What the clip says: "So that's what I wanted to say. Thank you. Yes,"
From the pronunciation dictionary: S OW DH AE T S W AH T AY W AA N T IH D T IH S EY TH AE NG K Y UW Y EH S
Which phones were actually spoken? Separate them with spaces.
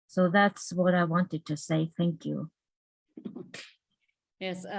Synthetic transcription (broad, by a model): S OW DH AE T S W AH T AY W AA N T IH D T IH S EY TH AE NG K Y UW Y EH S